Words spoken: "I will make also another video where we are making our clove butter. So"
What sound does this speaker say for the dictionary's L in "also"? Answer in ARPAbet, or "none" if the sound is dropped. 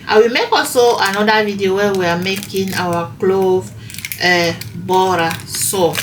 none